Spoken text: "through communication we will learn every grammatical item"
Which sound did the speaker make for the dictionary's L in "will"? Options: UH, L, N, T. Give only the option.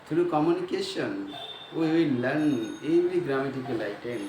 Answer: N